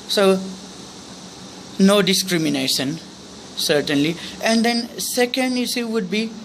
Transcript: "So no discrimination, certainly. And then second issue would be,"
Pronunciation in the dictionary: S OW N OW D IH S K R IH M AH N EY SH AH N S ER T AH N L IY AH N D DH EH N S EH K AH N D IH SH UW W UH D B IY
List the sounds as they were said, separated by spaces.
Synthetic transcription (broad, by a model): S OW N OW D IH S K R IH M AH N EY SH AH N S ER T AH N L IY AH N D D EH N S EH K AH N D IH S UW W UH D B IY